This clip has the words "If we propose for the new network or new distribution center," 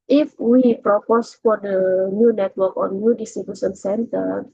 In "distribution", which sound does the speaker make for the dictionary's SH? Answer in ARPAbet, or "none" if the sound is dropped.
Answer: S